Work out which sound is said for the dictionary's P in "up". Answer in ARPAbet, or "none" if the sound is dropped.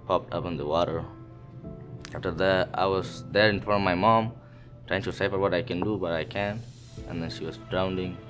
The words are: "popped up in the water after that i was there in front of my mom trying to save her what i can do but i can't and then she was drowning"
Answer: P